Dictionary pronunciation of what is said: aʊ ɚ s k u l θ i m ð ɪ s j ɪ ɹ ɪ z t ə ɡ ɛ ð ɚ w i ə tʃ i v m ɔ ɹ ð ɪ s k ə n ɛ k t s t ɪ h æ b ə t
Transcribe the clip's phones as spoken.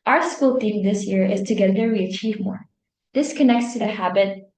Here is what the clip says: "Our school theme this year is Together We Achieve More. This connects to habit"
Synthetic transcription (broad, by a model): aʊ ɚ s k u l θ i m ð ɪ s j ɪ ɹ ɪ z t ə ɡ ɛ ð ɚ w i ə tʃ i v m ɔ ɹ ð ɪ s k ə n ɛ k t s t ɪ h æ b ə t